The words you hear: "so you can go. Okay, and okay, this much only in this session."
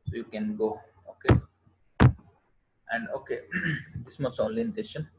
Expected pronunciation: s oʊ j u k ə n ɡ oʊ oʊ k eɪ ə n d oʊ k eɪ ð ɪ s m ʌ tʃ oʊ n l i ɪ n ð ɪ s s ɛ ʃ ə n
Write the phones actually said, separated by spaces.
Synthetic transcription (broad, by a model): s oʊ j u k ə n ɡ oʊ oʊ k eɪ ə n d oʊ k eɪ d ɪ s m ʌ s oʊ n l i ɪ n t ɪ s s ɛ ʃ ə n